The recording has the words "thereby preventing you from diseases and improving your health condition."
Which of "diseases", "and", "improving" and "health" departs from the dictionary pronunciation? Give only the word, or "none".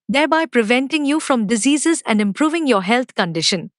health